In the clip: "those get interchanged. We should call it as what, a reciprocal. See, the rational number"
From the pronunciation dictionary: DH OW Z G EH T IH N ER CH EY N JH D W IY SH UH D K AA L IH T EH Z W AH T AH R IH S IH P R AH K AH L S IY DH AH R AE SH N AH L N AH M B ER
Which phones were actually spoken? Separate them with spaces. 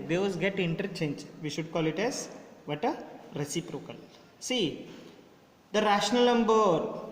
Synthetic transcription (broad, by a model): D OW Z G EH T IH N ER CH EY N JH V IY SH UH D K AA L IH T EH Z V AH T AH R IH S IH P R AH K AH L S IY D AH R AE SH N AH L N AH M B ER